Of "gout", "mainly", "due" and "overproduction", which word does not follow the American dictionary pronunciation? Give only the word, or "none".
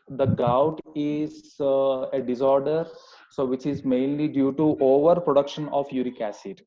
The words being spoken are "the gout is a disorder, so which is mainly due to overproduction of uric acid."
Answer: none